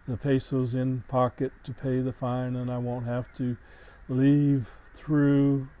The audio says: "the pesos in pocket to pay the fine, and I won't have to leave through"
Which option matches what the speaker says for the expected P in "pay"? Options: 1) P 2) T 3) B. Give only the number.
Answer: 1